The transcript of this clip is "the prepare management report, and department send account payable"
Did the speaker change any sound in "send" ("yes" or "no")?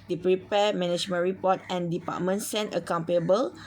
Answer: yes